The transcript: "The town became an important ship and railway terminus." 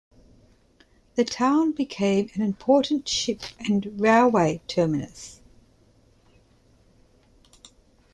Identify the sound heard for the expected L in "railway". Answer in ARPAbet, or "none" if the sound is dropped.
L